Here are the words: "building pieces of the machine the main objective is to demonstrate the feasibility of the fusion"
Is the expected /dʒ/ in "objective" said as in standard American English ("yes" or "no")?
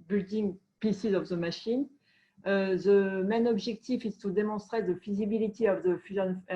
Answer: no